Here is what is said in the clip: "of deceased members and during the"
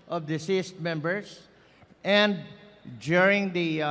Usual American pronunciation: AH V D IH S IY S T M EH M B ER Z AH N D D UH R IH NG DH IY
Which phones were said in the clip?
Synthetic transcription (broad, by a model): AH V D IH S IY S T M EH M B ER S AH N D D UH R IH NG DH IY